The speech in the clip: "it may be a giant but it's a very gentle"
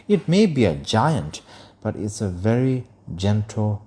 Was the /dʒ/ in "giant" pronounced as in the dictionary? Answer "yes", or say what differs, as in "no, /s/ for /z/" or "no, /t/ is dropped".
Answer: yes